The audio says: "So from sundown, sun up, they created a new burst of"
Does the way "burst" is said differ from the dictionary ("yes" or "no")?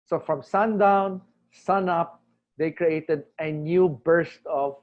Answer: no